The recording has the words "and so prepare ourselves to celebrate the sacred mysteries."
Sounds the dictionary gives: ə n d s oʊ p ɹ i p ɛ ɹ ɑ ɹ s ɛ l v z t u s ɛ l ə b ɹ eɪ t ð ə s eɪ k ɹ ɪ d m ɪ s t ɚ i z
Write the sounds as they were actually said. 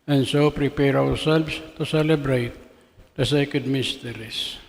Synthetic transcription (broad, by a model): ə n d s oʊ p ɹ i p ɛ ɹ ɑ w s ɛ l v s t u s ɛ l ə b ɹ eɪ t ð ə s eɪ k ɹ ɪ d m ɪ s t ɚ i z